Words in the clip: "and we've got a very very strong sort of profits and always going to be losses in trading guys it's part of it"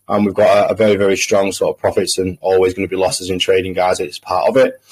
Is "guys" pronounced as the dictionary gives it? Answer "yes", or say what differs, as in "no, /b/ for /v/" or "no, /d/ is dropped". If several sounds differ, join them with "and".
yes